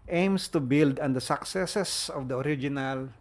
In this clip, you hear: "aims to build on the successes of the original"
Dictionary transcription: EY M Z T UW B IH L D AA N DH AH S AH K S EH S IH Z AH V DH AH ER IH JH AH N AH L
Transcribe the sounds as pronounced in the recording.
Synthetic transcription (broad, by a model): EY M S T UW B IH L D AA N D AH S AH K S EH S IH S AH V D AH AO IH JH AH N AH L